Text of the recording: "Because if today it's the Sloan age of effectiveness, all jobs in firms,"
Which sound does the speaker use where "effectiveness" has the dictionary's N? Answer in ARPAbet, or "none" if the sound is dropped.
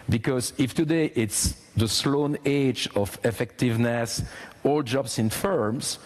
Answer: N